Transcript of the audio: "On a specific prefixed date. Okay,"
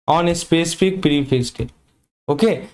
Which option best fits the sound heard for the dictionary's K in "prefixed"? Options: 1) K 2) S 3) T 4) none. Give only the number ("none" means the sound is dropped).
4